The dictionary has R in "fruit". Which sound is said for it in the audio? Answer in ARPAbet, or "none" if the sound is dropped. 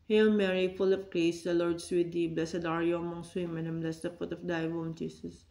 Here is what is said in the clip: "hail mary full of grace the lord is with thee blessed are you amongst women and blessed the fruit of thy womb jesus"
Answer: none